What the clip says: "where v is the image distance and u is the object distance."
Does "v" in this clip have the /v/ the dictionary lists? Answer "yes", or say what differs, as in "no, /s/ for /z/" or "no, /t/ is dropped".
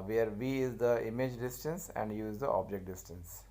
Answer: yes